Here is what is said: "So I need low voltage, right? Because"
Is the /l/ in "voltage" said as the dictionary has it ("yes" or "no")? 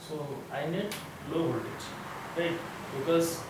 no